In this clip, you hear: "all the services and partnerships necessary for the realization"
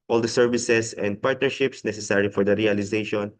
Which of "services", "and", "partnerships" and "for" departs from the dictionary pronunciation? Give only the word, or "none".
services